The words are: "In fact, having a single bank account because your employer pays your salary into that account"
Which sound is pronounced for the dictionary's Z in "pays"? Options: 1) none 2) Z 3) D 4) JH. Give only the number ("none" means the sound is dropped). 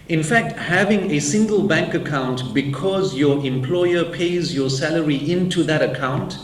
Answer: 2